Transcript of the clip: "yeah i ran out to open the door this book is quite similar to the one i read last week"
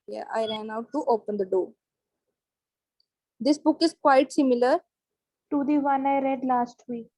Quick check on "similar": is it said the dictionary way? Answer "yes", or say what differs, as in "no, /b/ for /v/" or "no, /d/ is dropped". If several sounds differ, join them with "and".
yes